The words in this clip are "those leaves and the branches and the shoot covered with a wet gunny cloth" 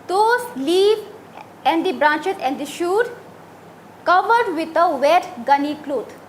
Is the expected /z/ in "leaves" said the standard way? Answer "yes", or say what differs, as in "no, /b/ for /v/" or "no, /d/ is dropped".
no, /z/ is dropped